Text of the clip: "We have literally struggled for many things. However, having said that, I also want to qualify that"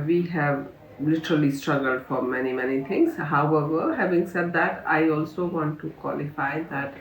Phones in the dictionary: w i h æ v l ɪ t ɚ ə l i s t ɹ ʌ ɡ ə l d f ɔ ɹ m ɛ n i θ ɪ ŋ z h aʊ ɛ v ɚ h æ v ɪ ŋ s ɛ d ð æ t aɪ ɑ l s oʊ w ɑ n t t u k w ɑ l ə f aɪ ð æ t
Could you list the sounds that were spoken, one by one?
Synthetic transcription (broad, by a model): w i h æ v l ɪ t ɚ ə l i s t ɹ ʌ ɡ ə l d f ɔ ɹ m ɛ n i t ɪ ŋ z h aʊ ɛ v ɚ h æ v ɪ ŋ s ɛ d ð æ t aɪ ɑ l s oʊ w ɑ n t t u k w ɑ l ə f aɪ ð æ t